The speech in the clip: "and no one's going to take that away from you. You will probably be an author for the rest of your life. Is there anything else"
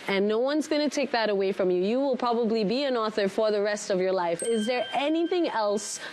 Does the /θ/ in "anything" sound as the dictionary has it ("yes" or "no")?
yes